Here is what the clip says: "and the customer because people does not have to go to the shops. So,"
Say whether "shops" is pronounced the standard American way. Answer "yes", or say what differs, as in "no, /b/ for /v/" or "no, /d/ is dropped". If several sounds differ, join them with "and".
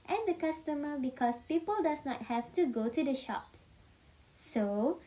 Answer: yes